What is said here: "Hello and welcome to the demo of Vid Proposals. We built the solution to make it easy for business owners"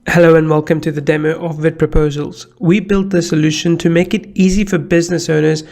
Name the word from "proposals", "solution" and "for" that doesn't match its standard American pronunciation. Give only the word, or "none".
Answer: none